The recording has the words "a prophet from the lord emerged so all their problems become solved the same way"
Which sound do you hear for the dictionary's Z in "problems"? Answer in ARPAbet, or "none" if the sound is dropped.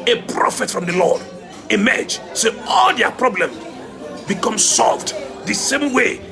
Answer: none